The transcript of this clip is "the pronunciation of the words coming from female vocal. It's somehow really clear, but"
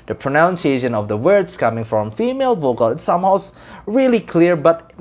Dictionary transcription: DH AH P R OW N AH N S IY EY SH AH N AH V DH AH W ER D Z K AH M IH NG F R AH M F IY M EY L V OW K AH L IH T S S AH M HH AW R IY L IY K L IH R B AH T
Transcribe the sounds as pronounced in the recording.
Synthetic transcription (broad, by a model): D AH P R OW N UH N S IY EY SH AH N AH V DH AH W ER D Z K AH M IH NG F R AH M F IY M EY L V OW K AH L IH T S S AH M HH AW R IY L IY K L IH R B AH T